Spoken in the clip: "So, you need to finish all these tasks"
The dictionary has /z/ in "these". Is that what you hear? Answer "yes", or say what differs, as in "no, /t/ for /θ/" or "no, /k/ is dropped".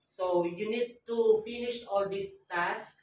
no, /s/ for /z/